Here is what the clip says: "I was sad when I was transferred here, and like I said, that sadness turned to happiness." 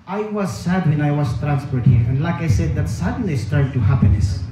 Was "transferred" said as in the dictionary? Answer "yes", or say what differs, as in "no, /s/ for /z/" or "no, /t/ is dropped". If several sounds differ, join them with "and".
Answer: no, /p/ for /f/